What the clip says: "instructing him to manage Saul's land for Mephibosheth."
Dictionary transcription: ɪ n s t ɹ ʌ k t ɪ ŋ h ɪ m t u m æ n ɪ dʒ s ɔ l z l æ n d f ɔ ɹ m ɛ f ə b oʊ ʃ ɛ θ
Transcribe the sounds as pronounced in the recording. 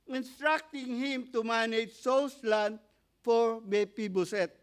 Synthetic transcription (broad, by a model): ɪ n s t ɹ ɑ k t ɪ ŋ h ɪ m t u m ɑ n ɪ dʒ s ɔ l s l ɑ n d f ɔ ɹ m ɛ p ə b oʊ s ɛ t